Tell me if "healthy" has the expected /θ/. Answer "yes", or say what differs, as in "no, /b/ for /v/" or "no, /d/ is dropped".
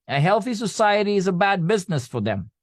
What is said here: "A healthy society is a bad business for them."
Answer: yes